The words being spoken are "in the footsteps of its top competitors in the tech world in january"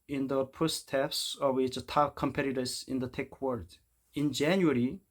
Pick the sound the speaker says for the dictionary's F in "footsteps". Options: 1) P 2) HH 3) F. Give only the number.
1